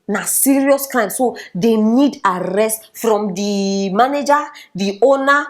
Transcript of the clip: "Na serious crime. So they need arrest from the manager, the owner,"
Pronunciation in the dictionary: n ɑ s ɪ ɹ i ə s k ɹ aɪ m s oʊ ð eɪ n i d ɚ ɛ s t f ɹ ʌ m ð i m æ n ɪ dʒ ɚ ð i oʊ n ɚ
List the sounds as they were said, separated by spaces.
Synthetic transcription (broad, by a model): n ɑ s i ɹ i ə s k aɪ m s oʊ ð eɪ n i d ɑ ɛ s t f ɹ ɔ m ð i m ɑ n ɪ dʒ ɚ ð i oʊ n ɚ